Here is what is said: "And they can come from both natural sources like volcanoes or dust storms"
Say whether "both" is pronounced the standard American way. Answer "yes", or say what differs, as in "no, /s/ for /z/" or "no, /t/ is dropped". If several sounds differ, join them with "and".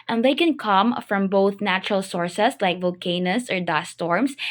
yes